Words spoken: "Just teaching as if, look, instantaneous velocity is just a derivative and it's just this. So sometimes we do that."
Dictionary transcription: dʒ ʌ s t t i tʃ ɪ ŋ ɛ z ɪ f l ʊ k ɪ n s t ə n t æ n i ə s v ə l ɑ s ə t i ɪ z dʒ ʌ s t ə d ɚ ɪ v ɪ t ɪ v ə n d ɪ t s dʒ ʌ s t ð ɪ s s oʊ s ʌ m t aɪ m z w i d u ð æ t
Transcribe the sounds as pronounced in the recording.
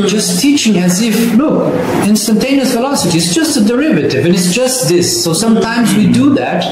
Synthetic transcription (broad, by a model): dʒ ʌ s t t i tʃ ɪ ŋ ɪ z ɪ f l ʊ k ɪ n s t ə n t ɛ n i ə s f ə l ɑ s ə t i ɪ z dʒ ʌ s t ə d ɚ ɪ v ɪ t ɪ v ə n ɪ t s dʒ ʌ s t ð ɪ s s oʊ s ʌ m t aɪ m z w i d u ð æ t